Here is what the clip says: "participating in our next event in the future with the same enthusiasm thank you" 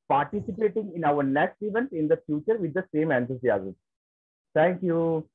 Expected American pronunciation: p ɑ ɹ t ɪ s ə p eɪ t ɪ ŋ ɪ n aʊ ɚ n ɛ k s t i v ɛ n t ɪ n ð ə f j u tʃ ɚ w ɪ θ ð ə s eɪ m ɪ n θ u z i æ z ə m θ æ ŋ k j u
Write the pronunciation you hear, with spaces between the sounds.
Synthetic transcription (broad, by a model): p ɑ ɹ t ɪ s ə p eɪ t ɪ ŋ ɪ n aʊ ɚ n ɛ k s t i v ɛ n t ɪ n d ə f j u tʃ ɚ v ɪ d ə s eɪ m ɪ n s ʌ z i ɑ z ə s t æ ŋ k j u